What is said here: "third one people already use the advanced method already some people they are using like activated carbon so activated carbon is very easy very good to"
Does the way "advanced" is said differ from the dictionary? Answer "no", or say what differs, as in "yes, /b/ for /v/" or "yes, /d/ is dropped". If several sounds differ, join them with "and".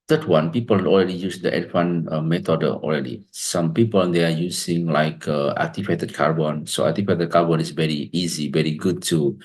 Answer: yes, /w/ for /v/